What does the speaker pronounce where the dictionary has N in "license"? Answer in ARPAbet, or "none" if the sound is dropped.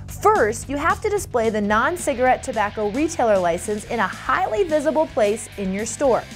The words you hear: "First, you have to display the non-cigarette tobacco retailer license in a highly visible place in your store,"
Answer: N